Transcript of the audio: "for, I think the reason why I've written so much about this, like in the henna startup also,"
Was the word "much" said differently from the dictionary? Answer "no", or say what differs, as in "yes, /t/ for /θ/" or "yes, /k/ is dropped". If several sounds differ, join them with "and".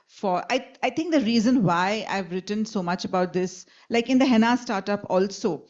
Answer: no